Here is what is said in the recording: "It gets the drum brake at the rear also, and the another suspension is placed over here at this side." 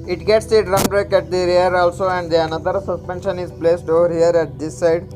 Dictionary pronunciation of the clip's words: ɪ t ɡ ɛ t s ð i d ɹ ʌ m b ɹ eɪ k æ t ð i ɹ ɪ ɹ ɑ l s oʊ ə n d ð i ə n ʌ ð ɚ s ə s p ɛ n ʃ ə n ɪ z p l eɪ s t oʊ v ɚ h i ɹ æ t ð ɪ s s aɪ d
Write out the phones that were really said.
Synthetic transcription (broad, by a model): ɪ t ɡ ɛ t s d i d ɹ ʌ m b ɹ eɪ k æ t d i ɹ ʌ ɹ ɑ l s oʊ ə n d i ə n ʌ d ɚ s ə s p ɛ n ʃ ə n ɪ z p l eɪ s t oʊ v ɚ h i ɹ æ t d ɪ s s aɪ d